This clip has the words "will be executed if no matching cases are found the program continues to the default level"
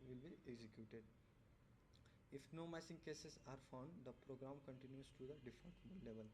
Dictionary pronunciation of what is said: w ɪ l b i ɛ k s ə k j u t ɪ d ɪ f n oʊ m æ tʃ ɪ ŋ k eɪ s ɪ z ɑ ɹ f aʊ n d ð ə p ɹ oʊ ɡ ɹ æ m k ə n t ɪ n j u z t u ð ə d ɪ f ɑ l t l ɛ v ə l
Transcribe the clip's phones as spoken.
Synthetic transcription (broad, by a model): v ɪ l b i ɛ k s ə k j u t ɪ d ɪ f n oʊ m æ s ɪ ŋ k eɪ s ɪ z ɑ ɹ f aʊ n d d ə p ɹ oʊ ɡ ɹ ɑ m k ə n t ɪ n j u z t u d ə d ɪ f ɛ n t l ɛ v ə l